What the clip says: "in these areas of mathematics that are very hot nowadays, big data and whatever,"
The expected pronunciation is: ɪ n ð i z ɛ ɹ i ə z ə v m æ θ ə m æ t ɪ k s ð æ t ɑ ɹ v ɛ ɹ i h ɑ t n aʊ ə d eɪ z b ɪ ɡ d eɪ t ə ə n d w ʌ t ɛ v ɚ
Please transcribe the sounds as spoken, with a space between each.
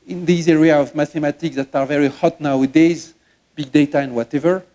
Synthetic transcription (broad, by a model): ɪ n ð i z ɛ ɹ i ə ə v m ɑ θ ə m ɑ t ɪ k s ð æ t ɑ ɹ v ɛ ɹ i h ɑ t n aʊ ə d eɪ z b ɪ ɡ d eɪ t ə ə n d w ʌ t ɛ v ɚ